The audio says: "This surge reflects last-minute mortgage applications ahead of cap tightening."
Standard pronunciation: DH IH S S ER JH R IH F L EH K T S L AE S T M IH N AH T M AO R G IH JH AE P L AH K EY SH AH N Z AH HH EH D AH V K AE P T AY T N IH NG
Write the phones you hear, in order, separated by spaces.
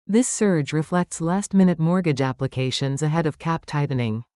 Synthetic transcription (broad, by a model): DH IH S S ER JH R IH F L EH K T S L AE S T M IH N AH T M AO R G IH JH AE P L AH K EY SH AH N Z AH HH EH D AH V K AE P T AY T N IH NG